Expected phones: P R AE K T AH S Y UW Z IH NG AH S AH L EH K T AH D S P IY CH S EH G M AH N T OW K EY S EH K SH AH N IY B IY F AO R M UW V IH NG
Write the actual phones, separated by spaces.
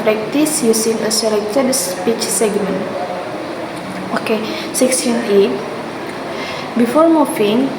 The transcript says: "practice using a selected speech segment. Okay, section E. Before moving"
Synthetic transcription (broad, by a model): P R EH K T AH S Y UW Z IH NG AH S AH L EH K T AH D S P IY CH S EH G M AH N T OW K EY S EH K S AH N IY B IY F AO R M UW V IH NG